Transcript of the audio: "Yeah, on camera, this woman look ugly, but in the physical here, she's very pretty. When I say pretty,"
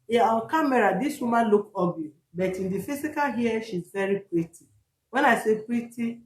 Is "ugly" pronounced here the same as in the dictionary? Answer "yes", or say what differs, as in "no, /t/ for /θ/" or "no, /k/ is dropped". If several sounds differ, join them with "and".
no, /l/ is dropped